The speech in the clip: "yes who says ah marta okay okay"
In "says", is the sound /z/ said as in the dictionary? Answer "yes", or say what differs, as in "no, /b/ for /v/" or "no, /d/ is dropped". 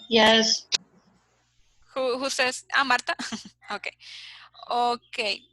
no, /s/ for /z/